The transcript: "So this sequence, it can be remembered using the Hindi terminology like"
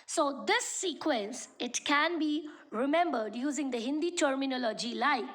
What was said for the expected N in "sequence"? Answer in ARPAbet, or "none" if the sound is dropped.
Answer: N